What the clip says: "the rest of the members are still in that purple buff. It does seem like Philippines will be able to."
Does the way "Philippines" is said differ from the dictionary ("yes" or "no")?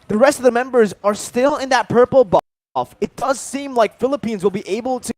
no